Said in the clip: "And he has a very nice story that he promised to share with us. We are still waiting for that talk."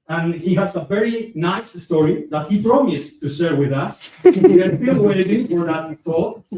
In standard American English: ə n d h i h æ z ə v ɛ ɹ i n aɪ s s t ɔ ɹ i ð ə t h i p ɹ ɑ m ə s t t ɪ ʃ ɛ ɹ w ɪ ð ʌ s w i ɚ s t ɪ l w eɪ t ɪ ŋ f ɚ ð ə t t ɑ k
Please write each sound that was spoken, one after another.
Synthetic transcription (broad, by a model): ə n h i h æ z ə v ɛ ɹ i n aɪ s s t ɔ ɹ i ð ə t h i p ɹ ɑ m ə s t t ɪ s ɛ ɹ w ɪ ð ʌ s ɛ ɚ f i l w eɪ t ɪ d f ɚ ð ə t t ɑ